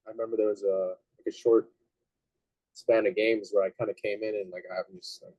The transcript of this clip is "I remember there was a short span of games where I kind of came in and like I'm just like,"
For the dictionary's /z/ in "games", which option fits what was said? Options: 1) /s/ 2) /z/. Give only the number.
2